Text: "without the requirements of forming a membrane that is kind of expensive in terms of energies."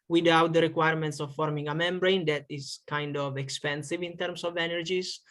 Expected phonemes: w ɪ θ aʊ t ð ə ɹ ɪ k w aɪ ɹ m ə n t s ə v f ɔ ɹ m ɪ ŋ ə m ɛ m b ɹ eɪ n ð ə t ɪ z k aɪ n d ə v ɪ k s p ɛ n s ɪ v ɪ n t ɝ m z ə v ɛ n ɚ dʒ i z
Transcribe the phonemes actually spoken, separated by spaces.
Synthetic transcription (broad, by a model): w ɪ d aʊ t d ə ɹ ɪ k w aɪ ɹ m ə n t s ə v f ɔ ɹ m ɪ ŋ ə m ɛ m b ɹ eɪ n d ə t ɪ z k aɪ n d ə v ɪ k s p ɛ n s ɪ v ɪ n t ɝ m s ə v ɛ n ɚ dʒ i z